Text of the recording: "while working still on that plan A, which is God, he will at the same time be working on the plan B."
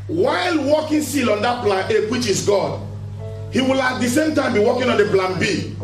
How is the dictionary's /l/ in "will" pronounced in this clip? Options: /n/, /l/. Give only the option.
/l/